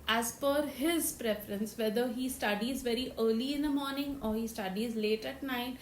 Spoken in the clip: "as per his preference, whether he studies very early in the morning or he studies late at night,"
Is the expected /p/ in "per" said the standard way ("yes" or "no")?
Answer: no